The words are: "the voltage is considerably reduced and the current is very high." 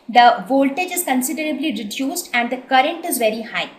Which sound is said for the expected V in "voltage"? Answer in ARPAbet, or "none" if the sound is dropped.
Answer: V